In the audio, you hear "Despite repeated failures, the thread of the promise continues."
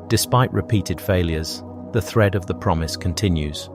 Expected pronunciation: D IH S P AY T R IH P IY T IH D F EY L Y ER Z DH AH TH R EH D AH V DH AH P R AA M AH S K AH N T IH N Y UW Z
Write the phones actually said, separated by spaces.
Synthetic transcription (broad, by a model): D IH S P AY T R IH P IY T IH D F EY L Y ER Z DH AH TH R EH D AH V DH AH P R AA M AH S K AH N T IH N Y UW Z